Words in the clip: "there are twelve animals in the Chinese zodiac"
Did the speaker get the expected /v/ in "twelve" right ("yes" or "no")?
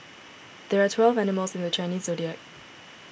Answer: yes